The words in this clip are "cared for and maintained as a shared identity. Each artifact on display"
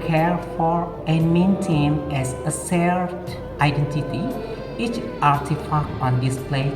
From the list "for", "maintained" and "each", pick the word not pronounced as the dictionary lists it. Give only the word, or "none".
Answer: maintained